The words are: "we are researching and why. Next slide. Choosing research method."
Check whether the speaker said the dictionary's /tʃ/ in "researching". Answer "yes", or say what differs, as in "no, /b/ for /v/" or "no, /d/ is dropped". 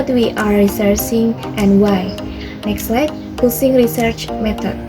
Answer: no, /s/ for /tʃ/